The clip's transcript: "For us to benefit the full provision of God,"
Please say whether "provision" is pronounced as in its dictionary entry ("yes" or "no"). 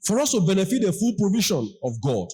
no